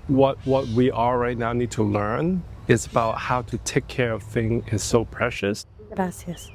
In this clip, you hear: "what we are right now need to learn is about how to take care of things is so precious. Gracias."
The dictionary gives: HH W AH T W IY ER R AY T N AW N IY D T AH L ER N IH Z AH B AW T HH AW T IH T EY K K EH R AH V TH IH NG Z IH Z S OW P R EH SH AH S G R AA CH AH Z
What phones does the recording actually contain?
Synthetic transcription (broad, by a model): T W AH T W IY ER R AY T N AW N IY D T AH L ER N IH Z AH B AW T HH AW T IH T EY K K EH R AH V TH IH NG IH Z S OW P R EH SH AH S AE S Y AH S